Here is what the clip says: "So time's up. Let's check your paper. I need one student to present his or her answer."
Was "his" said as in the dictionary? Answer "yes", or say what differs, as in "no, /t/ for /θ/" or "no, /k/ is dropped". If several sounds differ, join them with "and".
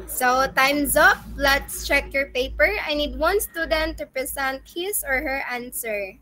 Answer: no, /s/ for /z/